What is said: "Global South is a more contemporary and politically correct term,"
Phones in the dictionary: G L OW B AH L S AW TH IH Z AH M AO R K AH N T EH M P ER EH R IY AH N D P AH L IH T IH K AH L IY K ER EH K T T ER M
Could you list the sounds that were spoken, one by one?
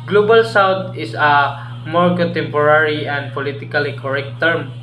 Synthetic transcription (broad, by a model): G L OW B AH L S AW T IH S AH M AO R K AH N T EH M P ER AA R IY AH N D P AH L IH T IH K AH L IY K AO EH K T T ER M